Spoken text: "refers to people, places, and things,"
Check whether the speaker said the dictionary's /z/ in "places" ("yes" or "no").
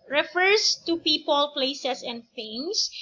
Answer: no